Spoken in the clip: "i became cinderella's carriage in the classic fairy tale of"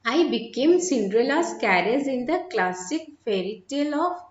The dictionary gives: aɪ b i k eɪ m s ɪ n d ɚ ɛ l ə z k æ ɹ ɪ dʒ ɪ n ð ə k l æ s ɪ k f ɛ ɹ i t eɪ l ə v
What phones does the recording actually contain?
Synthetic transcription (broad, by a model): aɪ b i k eɪ m s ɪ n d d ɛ l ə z k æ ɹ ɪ z ɪ n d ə k l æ s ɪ k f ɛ ɹ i t eɪ l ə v